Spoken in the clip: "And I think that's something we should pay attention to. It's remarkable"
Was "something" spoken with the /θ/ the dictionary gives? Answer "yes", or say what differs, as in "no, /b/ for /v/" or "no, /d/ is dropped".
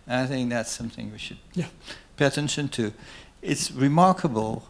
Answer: yes